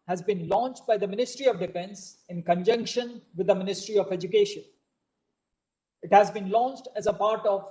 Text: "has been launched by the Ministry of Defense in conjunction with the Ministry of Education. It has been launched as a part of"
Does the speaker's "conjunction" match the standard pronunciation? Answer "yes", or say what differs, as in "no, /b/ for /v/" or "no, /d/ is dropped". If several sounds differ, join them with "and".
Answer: yes